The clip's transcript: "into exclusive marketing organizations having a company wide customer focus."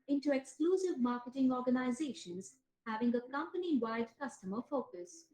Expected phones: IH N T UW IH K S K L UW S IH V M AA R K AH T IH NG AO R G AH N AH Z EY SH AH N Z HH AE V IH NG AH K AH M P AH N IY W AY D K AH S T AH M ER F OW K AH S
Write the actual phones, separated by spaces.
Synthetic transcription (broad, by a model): IH N T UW IH K S K L UW S IH V M AA R K AH T IH NG AO R G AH N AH Z EY SH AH N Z HH AE V IH NG AH K AH M P AH N IY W AY D K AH S T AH M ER F OW K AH S